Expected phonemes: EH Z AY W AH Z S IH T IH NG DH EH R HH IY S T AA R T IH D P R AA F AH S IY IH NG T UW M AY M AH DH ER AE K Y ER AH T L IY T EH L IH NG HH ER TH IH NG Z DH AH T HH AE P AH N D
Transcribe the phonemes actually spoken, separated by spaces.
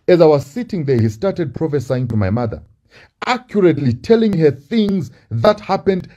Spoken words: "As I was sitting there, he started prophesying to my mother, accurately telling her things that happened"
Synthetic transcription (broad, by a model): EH Z AY W AH Z S IH T IH NG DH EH R HH IY S T AA R T IH D P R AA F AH S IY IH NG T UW M AY M AH DH ER AE K Y ER AH T L IY T EH L IH NG HH ER TH IH NG Z DH AH T HH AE P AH N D